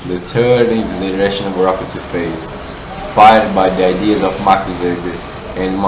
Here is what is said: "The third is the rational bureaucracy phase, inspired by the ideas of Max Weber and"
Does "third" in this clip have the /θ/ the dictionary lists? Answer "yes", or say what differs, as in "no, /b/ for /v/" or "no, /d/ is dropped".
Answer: no, /t/ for /θ/